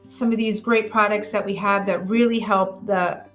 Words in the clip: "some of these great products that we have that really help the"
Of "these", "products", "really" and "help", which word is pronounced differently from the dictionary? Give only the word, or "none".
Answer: none